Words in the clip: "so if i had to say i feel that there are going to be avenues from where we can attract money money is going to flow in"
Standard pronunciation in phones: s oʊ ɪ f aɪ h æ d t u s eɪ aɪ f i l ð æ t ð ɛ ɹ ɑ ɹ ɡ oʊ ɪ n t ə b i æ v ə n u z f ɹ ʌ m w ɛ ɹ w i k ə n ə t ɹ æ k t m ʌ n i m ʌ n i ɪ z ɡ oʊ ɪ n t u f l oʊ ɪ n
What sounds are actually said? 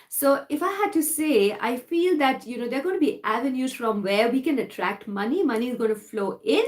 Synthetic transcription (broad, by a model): s oʊ ɪ f aɪ h æ d t u s eɪ aɪ f i l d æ t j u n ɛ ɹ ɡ oʊ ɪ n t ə b i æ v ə n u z f ɹ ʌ m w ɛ ɹ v i k ə n ə t ɹ æ k t m ʌ n i m ʌ n i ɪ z ɡ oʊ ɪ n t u f l oʊ ɪ n